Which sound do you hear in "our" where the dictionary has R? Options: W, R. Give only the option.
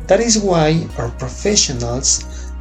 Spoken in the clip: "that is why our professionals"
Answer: R